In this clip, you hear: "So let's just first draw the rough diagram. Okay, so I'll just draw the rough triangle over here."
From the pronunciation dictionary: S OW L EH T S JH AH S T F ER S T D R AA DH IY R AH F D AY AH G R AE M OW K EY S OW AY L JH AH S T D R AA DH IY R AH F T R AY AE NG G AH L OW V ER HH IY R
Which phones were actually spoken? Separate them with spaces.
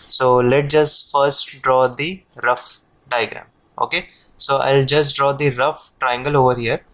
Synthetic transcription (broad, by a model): S OW L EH T JH AH S T F ER S T D R AA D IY R AH F D AY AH G R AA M OW K EY S OW AY L JH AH S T D R AA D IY R AH F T R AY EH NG G AH L OW V ER HH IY R